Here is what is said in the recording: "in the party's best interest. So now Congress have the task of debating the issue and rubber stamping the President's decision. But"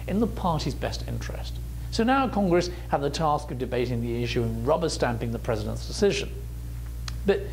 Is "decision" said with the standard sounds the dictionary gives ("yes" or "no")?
yes